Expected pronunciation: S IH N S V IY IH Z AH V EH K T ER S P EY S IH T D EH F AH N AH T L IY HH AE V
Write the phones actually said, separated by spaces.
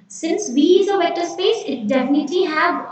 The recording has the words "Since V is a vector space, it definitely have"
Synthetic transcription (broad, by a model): S IH N S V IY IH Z AH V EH T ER S P EY S IH T D EH F AH N AH T L IY HH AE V